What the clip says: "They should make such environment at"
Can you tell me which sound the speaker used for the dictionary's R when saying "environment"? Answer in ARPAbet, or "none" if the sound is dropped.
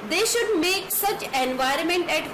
R